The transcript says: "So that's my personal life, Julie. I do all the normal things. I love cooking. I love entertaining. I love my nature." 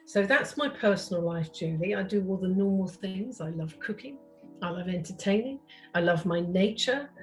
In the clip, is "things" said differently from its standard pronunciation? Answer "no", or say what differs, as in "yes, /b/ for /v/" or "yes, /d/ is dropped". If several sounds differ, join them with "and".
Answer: no